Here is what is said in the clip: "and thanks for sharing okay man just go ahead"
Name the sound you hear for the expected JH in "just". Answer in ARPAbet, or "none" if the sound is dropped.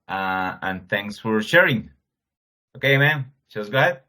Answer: SH